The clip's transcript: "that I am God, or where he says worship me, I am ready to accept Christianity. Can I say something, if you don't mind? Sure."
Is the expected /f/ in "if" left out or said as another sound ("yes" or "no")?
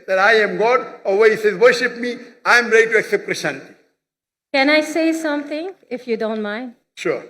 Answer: no